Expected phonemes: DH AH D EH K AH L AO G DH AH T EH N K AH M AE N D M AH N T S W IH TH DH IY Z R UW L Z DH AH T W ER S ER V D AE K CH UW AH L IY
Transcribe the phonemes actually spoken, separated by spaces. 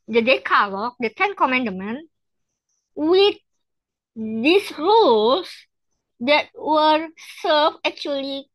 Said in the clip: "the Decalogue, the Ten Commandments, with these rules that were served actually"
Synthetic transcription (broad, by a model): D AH D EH K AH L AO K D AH T EH N K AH M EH N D M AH N W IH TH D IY S R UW L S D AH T W ER S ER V EH K CH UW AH L IY